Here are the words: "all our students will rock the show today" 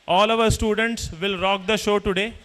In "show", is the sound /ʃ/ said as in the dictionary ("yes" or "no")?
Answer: yes